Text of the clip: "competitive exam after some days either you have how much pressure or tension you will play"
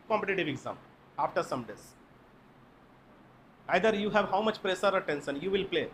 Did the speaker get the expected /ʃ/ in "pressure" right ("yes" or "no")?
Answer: no